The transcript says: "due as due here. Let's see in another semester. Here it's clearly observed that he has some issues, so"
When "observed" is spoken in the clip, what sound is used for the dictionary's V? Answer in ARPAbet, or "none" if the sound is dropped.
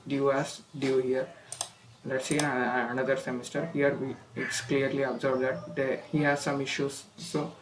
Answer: B